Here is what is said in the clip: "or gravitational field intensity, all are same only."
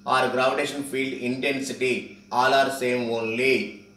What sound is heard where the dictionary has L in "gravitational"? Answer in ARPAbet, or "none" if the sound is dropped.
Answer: N